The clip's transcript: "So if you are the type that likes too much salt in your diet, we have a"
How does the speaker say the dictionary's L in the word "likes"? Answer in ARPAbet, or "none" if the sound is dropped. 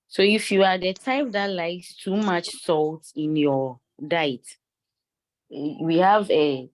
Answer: L